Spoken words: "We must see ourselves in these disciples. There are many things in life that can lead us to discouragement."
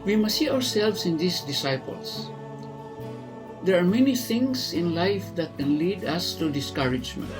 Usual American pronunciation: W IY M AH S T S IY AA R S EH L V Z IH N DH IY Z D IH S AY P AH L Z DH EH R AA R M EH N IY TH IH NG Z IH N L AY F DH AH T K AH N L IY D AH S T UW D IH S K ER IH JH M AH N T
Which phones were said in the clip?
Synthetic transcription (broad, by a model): W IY M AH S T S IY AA R S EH L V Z IH N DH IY S D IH S AY P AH L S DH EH R AA R M EH N IY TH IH NG S IH N L AY F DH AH T K AH N L IY D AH S T UW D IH S K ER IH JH M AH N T